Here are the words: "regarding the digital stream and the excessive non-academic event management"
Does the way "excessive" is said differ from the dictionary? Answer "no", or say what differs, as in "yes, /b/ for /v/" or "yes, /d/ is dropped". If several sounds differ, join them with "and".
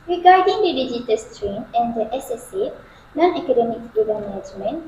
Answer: yes, /k/ is dropped